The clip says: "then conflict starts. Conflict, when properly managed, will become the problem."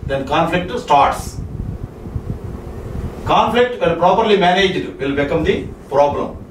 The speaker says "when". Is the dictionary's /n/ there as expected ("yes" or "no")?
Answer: no